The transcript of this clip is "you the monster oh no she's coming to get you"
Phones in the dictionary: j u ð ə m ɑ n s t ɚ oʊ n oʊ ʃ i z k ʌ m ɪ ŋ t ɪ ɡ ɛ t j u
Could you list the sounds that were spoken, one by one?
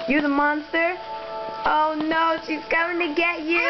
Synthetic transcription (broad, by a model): j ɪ ð ə m ɑ n s t ɚ oʊ n oʊ ʃ i z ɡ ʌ ɪ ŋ t ɪ ɡ ɛ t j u